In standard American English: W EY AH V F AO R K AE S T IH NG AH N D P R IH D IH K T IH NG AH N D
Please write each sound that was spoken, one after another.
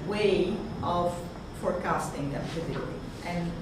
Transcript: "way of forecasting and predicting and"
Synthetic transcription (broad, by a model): W EY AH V F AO R K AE S T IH NG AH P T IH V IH T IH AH N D